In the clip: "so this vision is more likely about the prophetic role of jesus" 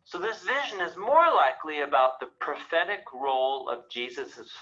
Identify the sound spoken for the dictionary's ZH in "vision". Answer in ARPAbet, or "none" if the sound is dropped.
ZH